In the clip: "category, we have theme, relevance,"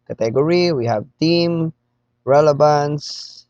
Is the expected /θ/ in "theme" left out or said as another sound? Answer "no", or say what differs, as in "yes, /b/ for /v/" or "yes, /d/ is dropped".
yes, /t/ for /θ/